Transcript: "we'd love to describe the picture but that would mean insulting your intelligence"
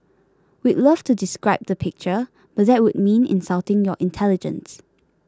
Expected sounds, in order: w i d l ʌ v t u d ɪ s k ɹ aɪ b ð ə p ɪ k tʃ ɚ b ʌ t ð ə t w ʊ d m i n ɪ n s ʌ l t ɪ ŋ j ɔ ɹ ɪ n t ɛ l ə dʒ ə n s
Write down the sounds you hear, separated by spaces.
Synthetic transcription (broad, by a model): w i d l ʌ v t u d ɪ s k ɹ aɪ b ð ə p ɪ k tʃ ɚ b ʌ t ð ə t w ʊ d m i n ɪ n s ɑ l t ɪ ŋ j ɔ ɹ ɪ n t ɛ l ə dʒ ə n s